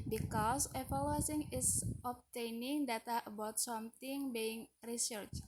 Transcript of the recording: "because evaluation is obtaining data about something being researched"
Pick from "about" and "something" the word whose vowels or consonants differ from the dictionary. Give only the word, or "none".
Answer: something